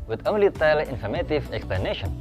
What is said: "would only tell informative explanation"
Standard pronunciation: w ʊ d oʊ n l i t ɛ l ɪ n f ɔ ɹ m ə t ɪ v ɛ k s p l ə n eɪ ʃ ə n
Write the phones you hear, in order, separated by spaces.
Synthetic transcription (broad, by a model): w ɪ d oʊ l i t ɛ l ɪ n f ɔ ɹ m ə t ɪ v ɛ k s p l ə n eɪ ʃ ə n